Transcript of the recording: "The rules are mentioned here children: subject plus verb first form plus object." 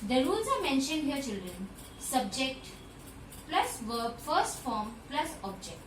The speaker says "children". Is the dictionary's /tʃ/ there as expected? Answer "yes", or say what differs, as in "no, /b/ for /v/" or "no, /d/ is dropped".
yes